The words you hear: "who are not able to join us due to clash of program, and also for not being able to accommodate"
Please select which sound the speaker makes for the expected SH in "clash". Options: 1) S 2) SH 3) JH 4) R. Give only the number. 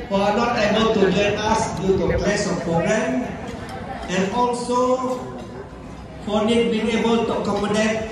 1